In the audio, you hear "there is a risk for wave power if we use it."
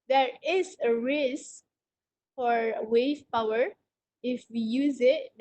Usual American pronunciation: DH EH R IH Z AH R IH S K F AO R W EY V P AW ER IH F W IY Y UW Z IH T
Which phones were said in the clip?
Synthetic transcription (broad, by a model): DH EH R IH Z AH R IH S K F AO R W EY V P AW ER IH F W IY Y UW Z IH T